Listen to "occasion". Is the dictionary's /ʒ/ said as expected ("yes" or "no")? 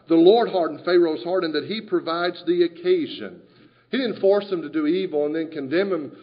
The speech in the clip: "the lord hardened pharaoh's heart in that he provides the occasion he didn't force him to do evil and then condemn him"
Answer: yes